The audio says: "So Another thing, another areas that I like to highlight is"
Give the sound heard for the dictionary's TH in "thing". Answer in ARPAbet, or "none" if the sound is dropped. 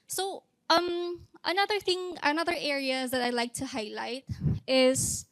TH